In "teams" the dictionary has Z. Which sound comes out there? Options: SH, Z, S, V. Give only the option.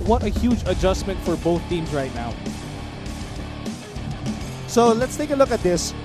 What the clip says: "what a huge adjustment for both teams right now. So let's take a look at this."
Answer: S